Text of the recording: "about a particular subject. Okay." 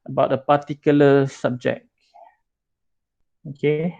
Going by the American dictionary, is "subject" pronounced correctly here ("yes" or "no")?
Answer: no